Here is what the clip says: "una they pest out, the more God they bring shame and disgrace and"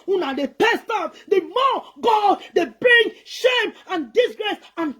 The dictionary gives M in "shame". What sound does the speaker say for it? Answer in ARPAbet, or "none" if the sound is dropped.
M